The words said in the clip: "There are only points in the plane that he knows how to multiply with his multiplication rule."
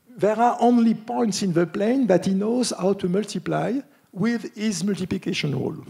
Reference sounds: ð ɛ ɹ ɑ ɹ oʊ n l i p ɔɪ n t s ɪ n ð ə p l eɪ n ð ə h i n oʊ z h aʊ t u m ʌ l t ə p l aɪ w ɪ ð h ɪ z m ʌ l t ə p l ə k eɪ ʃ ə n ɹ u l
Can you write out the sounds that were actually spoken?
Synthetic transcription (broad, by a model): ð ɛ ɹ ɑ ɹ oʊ n l i p ɔɪ n t s ɪ n ð ə p l eɪ n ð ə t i n oʊ z h aʊ t u m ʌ l t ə p l aɪ w ɪ ð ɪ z m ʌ l t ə p l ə k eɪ ʃ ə n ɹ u l